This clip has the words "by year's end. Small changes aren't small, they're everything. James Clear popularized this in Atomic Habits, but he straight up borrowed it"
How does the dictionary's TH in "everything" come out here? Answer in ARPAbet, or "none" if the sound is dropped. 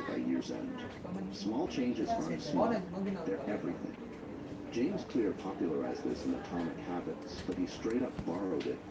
TH